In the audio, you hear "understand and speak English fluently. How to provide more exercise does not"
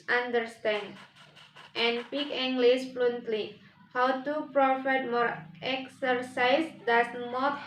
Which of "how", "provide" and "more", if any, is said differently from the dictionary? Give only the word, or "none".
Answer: provide